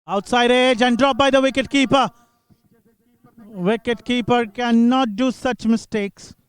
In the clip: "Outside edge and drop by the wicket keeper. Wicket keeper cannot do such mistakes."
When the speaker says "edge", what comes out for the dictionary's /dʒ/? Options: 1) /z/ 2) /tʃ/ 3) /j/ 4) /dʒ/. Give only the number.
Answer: 4